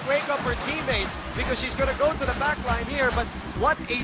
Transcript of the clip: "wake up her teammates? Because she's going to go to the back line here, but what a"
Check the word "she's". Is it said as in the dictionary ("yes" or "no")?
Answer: yes